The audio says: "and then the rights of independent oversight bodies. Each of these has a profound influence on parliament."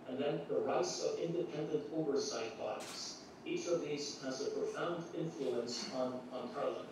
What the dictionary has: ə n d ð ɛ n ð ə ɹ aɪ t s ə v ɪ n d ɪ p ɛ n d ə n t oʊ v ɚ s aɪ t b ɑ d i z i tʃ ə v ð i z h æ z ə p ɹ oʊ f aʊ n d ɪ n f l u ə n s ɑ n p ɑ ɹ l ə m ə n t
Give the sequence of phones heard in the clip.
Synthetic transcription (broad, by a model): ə n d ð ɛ n ð ə ɹ aɪ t s ə v ɪ n d ɪ p ɛ n d ə n t oʊ v ɚ s aɪ t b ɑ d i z i tʃ ə v ð i z h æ z ə p ɹ oʊ f aʊ n d ɪ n f l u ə n s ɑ n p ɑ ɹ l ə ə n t